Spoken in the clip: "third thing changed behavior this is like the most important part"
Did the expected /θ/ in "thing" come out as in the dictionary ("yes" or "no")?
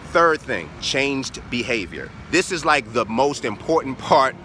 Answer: yes